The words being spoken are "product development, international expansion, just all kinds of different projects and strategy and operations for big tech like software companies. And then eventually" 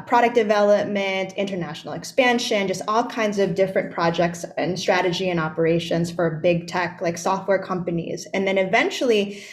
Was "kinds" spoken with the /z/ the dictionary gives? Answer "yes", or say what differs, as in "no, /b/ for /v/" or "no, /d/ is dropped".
yes